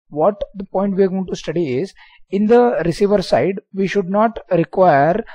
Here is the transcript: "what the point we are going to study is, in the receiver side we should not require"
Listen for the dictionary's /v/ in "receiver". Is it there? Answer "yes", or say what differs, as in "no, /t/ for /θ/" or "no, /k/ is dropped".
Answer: yes